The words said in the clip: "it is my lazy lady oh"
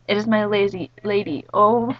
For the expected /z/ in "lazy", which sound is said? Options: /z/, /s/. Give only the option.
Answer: /z/